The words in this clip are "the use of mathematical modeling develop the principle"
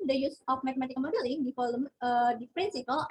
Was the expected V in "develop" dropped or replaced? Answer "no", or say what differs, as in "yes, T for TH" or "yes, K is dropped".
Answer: yes, F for V